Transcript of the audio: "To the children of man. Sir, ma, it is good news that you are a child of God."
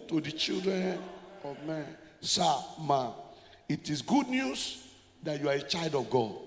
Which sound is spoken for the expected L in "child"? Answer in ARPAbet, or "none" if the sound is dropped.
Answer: L